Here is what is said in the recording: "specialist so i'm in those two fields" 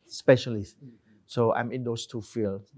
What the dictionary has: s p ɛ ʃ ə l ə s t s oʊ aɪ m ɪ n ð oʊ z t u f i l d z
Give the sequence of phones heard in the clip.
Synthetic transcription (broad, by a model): s p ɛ ʃ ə l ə s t s oʊ aɪ m ɪ n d oʊ s t u f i l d